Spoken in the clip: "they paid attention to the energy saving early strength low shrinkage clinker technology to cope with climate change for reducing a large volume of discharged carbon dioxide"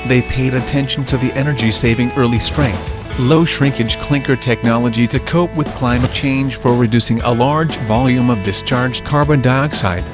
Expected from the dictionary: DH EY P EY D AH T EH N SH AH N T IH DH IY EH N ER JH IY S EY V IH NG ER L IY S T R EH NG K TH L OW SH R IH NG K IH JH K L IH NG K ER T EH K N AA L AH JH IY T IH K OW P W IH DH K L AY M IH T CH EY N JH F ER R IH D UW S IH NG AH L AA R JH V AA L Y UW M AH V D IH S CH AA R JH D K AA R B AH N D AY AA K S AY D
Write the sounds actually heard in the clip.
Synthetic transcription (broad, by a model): DH EY P EY D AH T EH N SH N T IH DH IY EH N ER JH IY S EY V IH NG ER L IY S T R EH NG K TH L OW SH R IH NG K IH JH K L IH NG K ER T EH K N AA L AH JH IY T IH K OW P W IH DH K L AY M IH T CH EY N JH F ER R IH D UW S IH NG AH L AA R JH V AA L Y UW M AH V D IH S CH AA R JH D K AA R B AH N D AY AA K S AY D